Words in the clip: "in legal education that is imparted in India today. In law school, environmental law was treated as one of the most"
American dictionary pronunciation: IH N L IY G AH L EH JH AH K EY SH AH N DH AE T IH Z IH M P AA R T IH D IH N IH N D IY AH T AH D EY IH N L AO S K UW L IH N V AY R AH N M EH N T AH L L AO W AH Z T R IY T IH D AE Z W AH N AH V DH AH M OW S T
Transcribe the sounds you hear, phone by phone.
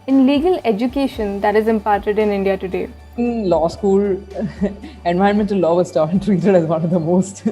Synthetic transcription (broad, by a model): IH N L IY G AH L EH JH AH K EY SH AH N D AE T IH Z IH M P AA R T IH D IH N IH N D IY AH T AH D EY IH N L AO S K UW L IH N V AY AH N M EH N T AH L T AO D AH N T R IY T IH D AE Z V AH N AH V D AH M OW S T